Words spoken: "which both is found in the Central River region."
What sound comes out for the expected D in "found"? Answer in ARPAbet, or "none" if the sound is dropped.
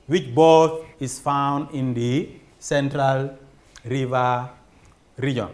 D